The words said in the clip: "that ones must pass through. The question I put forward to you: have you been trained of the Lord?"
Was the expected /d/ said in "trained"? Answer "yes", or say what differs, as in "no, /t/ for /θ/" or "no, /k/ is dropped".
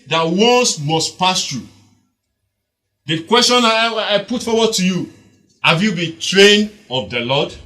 no, /d/ is dropped